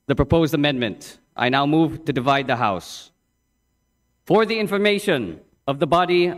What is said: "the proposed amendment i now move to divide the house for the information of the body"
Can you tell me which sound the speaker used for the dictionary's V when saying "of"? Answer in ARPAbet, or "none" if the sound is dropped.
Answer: V